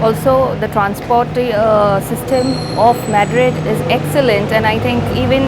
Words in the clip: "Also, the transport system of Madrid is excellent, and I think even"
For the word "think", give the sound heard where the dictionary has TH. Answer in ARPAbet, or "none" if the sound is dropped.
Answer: T